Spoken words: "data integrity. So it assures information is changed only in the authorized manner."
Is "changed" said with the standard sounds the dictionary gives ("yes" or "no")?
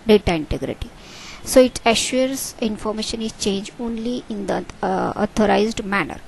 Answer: no